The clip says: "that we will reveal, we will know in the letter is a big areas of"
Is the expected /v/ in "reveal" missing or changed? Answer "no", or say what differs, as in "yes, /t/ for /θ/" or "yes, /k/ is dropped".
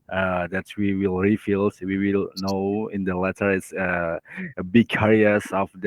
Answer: yes, /f/ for /v/